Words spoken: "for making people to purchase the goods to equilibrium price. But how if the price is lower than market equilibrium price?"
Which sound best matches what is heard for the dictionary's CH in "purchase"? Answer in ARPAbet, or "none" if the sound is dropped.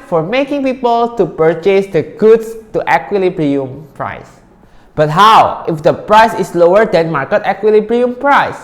CH